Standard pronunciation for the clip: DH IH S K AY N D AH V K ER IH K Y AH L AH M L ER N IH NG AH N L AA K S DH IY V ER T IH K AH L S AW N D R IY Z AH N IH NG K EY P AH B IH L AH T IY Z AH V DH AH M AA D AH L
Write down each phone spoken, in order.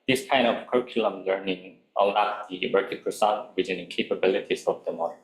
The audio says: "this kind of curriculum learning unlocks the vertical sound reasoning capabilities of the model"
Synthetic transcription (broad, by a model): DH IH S K AY N D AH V K ER IH K Y AH L AH M L ER N IH NG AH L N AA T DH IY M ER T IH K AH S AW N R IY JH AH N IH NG K EY P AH B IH L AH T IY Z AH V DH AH M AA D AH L